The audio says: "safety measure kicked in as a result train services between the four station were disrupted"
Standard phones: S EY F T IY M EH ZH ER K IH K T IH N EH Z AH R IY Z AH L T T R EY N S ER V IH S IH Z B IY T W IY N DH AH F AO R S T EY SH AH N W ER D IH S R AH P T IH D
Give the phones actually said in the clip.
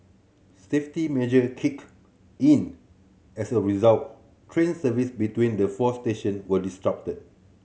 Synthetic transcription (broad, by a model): S EY F T IY M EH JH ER K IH K IH N EH S AH R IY Z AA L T T R EY N S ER V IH S B IY T W IY N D AH F AO S T EY SH AH N W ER D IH S R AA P T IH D